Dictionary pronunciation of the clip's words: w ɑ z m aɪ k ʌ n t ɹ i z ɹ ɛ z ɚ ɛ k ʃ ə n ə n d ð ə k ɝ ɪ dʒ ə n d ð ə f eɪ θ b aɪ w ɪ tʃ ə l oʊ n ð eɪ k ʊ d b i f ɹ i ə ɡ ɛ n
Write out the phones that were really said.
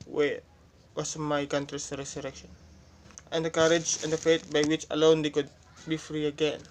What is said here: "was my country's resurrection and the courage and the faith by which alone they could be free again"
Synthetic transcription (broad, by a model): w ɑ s m aɪ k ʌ n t ɹ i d ɹ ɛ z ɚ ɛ k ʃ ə n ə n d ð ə k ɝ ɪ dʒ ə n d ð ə f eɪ t b aɪ w ɪ tʃ ə l oʊ n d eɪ k ʊ d b i f ɹ i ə ɡ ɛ n